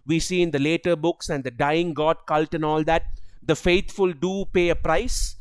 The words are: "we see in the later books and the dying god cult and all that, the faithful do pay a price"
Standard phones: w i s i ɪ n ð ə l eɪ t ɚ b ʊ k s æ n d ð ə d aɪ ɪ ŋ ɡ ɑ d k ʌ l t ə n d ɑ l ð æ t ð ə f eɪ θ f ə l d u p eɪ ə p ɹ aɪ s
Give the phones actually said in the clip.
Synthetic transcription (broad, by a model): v i s i ɪ n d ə l eɪ t ɚ b ʊ k s æ n d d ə d aɪ ɪ ŋ ɡ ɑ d k ʌ l t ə n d ɑ l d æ t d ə f eɪ t f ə l d u p eɪ ə p ɹ aɪ s